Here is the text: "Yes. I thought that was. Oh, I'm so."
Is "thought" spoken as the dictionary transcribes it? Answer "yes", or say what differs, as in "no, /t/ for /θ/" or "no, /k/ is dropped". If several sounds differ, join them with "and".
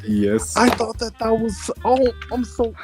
yes